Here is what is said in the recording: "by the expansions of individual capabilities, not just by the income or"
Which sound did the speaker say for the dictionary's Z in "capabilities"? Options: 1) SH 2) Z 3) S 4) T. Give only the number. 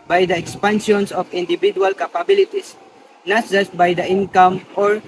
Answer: 3